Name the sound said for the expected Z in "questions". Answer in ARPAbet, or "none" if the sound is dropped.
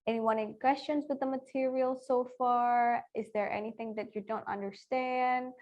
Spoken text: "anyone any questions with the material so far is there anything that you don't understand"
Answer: Z